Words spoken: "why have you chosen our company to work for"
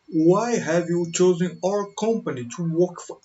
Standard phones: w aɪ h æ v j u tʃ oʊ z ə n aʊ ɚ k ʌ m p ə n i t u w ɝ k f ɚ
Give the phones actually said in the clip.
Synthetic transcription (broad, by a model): w aɪ h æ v j u tʃ oʊ z ə n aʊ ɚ k ʌ m p ə n i t u w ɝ k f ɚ